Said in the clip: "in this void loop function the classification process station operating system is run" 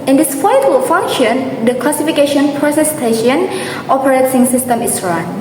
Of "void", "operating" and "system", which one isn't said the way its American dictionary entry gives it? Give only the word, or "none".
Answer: void